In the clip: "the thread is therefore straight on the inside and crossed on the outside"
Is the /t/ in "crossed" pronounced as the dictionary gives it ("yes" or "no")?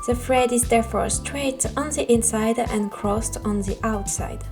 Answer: yes